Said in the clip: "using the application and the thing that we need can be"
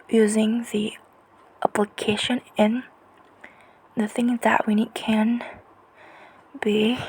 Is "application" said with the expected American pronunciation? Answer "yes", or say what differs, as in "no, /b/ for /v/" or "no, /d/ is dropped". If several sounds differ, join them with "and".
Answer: yes